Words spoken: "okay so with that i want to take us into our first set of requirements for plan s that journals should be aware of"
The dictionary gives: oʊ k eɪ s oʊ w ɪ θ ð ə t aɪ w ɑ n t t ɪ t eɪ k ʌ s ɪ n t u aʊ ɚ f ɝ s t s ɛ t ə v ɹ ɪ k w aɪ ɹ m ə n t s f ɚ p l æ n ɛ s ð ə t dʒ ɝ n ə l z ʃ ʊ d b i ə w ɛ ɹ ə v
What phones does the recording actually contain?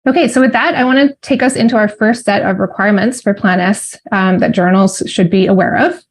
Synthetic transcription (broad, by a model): oʊ k eɪ s oʊ w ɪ ð ə t aɪ w ɑ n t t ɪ t eɪ k ʌ s ɪ n t u aʊ ɚ f ɝ s t s ɛ t ə v ɹ ɪ k w aɪ ɹ m ə n t s f ɚ p l æ n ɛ s ð ə t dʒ ɝ n l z ʃ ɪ d b i ə w ɛ ɹ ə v